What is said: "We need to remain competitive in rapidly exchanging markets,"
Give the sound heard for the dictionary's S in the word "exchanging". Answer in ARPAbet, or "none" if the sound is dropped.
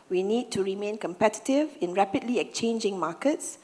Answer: none